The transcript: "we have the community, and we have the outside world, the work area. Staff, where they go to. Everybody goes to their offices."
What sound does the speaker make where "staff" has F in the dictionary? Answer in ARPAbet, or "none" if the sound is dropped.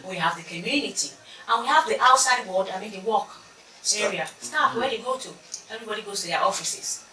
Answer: P